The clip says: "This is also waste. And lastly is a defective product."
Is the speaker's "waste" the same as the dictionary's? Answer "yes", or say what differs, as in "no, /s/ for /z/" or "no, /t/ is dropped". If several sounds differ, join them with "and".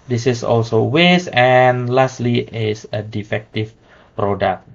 no, /t/ is dropped